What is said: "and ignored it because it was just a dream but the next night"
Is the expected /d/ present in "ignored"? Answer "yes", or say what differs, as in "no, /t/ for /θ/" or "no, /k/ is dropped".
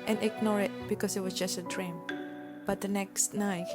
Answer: no, /d/ is dropped